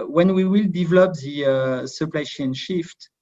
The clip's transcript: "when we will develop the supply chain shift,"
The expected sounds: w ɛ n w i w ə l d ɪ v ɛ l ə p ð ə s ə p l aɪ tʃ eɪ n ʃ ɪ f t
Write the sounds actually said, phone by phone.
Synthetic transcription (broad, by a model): w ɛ n w i w ə l d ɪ v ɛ l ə p ð ə s ə p l aɪ ʃ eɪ n ʃ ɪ f t